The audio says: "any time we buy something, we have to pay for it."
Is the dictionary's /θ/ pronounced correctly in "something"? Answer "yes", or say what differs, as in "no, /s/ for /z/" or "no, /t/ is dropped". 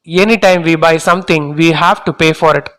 no, /t/ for /θ/